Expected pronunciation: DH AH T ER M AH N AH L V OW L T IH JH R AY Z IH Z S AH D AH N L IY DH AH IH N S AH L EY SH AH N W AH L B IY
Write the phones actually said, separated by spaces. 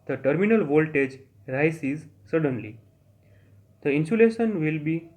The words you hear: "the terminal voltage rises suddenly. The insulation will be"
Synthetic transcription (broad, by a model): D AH T ER M AH N AH L V OW L T IH JH R AY S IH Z S AH D AH N L IY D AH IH N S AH L EY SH AH N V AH L B IY